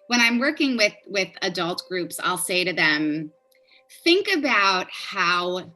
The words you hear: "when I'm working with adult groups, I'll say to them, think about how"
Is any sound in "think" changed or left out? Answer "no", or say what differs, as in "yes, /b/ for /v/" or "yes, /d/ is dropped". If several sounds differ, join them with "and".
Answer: no